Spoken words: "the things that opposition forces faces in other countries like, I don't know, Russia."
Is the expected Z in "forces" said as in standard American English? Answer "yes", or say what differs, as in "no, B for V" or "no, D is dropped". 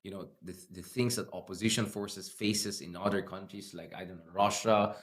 no, S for Z